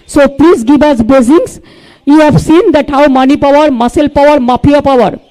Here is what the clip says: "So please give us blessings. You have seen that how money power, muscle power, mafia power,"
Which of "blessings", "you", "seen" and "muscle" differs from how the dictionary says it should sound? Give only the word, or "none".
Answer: blessings